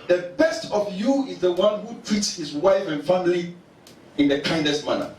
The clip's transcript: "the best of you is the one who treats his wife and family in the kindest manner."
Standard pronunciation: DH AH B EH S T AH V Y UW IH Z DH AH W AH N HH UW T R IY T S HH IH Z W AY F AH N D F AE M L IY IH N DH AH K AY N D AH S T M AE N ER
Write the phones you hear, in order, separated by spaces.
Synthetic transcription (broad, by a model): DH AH B EH S T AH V Y UW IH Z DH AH W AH N HH UW T R IY T S HH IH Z W AY F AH N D F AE M L IY IH N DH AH K AY N D AH S T M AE N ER